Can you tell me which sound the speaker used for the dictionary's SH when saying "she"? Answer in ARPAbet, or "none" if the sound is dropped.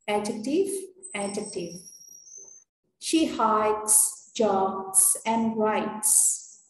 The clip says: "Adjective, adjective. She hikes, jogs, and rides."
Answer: SH